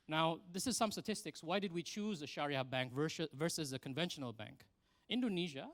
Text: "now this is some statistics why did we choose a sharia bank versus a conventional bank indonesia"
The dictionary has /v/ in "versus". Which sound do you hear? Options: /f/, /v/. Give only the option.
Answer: /v/